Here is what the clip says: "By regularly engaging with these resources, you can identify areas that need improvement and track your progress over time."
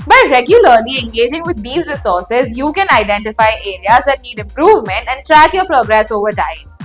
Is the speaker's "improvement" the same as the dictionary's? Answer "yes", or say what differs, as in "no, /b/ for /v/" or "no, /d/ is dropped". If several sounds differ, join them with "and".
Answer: yes